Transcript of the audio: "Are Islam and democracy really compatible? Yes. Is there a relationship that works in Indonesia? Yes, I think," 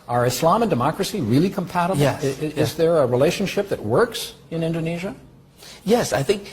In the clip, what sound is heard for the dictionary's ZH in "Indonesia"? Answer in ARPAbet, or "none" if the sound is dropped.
ZH